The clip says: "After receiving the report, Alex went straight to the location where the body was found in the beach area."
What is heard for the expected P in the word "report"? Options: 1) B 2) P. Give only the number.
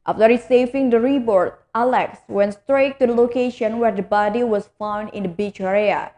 1